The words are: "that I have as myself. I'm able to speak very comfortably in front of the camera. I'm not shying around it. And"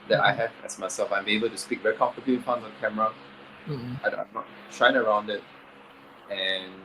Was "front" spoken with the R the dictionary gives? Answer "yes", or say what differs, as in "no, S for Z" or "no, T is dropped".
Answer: no, R is dropped